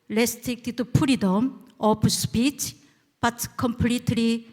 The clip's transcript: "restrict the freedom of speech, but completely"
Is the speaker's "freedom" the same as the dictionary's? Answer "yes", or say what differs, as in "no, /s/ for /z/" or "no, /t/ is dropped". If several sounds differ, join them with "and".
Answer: no, /p/ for /f/